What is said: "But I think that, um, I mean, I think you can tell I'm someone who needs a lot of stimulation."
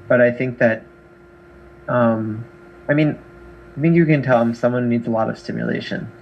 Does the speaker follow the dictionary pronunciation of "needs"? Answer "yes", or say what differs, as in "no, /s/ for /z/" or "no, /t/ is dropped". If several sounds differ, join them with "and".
yes